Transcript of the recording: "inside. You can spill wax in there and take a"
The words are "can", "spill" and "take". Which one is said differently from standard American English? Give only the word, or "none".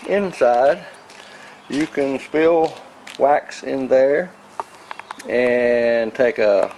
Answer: none